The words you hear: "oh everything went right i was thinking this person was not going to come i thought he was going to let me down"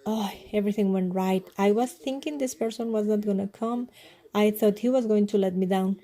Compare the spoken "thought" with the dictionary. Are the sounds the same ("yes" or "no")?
no